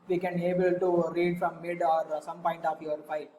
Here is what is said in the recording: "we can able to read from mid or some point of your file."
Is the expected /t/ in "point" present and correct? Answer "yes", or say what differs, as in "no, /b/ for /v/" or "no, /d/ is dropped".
yes